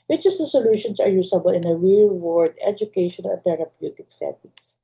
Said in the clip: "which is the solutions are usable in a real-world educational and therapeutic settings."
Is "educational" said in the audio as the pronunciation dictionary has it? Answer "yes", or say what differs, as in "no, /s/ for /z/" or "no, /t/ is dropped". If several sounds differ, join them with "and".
no, /n/ is dropped and /n/ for /l/